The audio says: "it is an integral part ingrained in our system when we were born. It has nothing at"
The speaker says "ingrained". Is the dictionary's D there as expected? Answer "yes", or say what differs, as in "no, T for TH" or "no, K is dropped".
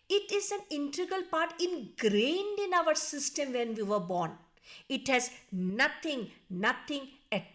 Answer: yes